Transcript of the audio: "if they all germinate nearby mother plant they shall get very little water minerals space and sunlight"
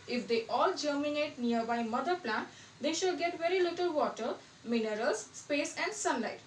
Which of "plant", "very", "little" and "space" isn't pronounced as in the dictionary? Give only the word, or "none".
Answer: none